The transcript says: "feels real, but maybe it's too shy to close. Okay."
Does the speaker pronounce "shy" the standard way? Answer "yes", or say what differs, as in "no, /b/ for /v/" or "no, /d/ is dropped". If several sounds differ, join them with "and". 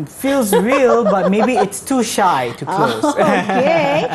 yes